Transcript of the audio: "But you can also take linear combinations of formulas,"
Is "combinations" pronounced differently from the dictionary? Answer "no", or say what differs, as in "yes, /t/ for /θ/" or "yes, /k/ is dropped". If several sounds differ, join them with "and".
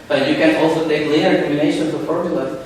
yes, /b/ is dropped and /z/ is dropped